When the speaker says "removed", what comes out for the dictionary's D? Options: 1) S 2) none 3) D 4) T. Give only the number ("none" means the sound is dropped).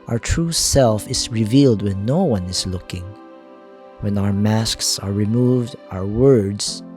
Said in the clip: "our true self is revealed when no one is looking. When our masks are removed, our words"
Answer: 3